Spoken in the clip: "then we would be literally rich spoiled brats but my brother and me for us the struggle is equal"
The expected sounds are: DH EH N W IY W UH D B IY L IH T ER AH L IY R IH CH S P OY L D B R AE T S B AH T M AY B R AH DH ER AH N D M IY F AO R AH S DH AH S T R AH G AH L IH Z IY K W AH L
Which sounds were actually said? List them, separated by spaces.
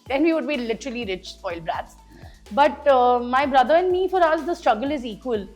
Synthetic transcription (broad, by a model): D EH N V IY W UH D B IY L IH T ER AH L IY R IH CH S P OY L B R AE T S B AH T M AY B R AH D ER AH N D M IY F AO R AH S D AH S T R AH G AH L IH Z IY K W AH L